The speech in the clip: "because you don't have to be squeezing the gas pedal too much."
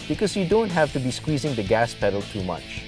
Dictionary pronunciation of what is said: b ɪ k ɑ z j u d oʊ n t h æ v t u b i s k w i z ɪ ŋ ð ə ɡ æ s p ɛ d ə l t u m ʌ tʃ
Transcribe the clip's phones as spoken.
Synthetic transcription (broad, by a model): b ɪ k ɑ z j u d oʊ n t h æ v t u b i s k w i z ɪ ŋ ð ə ɡ æ s p ɛ d ə l t u m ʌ tʃ